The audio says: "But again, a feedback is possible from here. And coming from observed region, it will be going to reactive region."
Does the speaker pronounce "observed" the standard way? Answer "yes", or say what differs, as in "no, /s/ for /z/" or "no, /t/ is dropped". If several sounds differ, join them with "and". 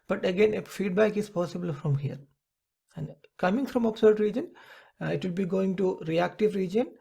no, /v/ is dropped